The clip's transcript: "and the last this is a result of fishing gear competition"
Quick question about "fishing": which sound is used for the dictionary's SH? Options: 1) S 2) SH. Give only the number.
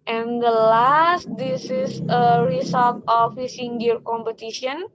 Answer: 1